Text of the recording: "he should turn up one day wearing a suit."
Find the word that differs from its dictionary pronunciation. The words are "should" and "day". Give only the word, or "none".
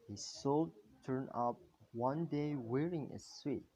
should